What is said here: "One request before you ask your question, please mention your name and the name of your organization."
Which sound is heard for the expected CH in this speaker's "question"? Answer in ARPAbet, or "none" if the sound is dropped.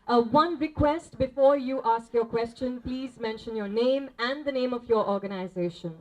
CH